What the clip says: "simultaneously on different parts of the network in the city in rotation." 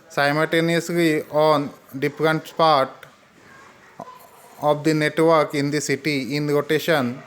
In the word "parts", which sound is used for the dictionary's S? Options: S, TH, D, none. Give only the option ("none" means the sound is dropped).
none